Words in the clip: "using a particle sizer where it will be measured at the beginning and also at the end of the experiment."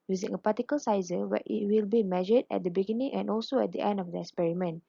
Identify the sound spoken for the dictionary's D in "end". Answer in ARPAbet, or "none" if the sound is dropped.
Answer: D